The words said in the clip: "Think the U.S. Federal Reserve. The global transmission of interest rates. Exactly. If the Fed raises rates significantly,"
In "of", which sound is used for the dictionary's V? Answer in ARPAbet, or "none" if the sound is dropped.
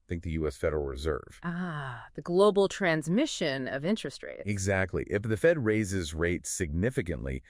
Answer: V